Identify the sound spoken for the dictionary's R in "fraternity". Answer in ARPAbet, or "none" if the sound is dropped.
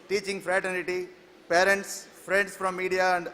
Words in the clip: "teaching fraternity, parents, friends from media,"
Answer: R